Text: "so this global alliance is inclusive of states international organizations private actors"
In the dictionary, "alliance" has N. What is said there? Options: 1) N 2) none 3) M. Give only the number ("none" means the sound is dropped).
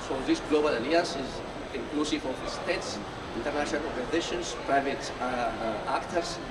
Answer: 2